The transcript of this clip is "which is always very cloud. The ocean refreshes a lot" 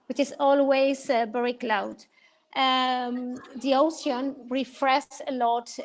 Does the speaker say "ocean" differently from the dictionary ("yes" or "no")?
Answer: yes